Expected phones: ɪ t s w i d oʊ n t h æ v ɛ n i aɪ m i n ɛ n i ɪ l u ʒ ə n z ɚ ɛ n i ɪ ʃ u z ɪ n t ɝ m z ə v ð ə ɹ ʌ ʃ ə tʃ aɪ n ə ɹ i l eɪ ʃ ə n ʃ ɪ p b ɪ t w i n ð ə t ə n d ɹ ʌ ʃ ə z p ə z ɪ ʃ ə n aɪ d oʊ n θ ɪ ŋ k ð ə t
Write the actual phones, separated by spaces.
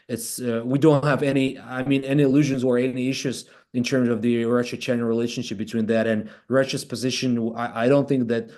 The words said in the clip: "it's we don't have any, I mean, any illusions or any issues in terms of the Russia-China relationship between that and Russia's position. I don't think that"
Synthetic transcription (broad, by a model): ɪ t s w i d oʊ n t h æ v ɛ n i aɪ m i n ɛ n i ɪ l u ʒ ə n z ɚ ɛ n i ɪ ʃ u z ɪ n t ɝ m z ə v ð ə ɹ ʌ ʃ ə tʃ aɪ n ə ɹ i l eɪ ʃ ə n ʃ ɪ p b ɪ t w i n ð ə t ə n ɹ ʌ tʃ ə s p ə z ɪ ʃ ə n aɪ d oʊ n θ ɪ ŋ k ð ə t